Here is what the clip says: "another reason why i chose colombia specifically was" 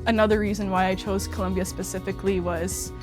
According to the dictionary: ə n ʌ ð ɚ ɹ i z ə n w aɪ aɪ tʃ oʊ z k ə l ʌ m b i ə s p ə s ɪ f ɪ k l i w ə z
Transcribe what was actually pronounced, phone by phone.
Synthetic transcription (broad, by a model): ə n ʌ ð ɚ ɹ i z ə n w aɪ aɪ tʃ oʊ z k ə l ʌ m b i ə s p ə s ɪ f ɪ k l i w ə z